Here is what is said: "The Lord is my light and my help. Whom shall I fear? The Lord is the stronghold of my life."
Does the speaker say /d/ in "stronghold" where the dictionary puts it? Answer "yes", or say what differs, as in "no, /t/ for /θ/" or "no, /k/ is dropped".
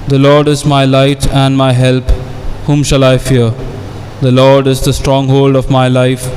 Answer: yes